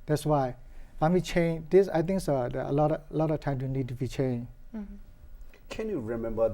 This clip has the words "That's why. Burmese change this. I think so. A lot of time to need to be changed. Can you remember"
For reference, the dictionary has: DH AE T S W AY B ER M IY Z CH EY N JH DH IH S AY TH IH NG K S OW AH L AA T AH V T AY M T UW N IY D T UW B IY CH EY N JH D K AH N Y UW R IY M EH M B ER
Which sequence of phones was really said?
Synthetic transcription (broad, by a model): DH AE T S W AY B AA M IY CH EY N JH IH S AY T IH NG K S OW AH L AA T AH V T AY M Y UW N IY D T UW B IY CH EY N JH K AH N Y UW R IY M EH M B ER